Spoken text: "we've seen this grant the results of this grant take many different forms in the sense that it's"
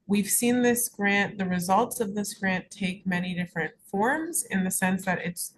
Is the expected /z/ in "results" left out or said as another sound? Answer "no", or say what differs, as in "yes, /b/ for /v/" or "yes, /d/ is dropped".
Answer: no